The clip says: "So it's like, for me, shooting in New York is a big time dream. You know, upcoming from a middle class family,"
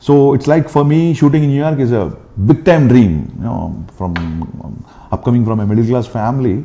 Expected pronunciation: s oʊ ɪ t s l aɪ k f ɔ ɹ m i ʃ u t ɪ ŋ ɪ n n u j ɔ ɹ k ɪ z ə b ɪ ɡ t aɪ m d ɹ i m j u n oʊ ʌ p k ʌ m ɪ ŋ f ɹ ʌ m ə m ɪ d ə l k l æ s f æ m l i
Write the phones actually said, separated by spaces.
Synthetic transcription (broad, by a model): s oʊ ɪ t s l aɪ k f ɔ ɹ m i ʃ u t ɪ ŋ ɪ n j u j ɔ ɹ k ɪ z ə b ɪ ɡ t aɪ m d ɹ i m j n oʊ ʌ p k ʌ m ɪ ŋ f ɹ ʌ m ə m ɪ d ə l k l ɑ s f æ m l i